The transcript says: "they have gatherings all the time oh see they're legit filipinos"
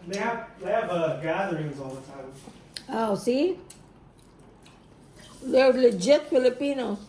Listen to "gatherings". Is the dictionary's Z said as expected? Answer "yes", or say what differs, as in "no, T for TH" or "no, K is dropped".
yes